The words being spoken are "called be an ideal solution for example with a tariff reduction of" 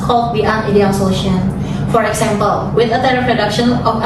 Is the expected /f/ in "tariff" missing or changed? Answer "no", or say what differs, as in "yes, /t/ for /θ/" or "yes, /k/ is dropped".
yes, /p/ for /f/